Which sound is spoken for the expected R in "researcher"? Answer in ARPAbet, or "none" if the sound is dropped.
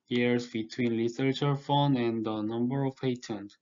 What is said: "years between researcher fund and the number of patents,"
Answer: L